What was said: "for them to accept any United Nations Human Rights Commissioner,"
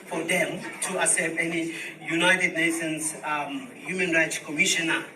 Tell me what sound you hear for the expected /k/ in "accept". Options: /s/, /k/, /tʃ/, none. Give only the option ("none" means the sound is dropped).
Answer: none